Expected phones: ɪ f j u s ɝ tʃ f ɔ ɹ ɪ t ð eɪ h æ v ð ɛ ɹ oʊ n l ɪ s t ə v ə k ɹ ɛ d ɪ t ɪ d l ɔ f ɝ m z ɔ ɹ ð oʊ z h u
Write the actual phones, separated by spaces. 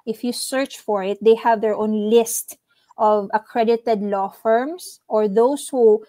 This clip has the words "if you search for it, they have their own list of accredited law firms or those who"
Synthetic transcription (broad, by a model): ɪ f j u s ɝ tʃ f ɔ ɹ ɪ t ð eɪ h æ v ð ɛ ɹ oʊ n l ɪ s t ə v ə k ɹ ɛ d ɪ t ɪ d l ɔ f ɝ m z ɔ ɹ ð oʊ s h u